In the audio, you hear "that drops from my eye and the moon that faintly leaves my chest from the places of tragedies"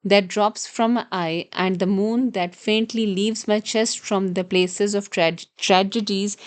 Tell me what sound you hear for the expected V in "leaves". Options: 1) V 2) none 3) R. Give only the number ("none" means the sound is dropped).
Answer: 1